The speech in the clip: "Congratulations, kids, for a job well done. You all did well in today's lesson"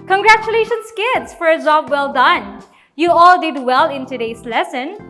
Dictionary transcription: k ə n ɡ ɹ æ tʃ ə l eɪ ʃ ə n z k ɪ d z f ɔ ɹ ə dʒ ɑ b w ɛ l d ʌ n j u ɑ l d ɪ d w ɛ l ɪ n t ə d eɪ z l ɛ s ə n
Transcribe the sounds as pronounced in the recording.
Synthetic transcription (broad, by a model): k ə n ɡ ɹ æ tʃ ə l eɪ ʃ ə n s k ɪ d s f ɔ ɹ ə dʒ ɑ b w ɛ l d ʌ n j u ɑ l d ɪ d w ɛ l ɪ n t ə d eɪ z l ɛ s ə n